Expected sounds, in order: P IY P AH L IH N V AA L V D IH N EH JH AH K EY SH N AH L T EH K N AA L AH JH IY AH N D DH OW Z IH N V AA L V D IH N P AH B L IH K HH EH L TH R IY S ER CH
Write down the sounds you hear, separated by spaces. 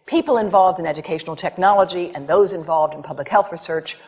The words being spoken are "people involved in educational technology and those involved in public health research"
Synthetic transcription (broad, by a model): P IY P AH L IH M V AA L V D IH N EH JH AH K EY SH N L T EH K N AA L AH JH IY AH N DH OW Z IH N V AA L V D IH N P AH B L IH K HH EH L TH R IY S ER CH